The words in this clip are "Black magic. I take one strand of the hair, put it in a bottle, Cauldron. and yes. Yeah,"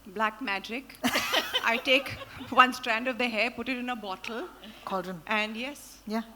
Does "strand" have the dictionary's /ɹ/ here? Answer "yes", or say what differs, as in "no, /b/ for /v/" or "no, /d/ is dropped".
yes